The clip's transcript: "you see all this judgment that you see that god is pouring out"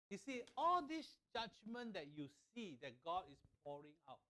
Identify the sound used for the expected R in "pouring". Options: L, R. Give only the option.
R